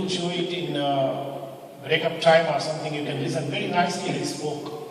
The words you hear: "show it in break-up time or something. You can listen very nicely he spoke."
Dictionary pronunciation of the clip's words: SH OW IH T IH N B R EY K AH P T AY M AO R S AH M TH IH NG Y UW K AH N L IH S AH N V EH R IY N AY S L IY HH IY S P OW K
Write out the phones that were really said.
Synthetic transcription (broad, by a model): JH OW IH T IH N B R EY K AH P T AY M AO R S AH M T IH NG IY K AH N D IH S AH V EH R IY N AY S IY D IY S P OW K